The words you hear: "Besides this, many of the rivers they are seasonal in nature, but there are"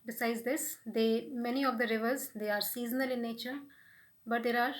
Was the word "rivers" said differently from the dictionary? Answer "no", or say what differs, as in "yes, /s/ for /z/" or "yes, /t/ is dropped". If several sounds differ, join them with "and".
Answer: no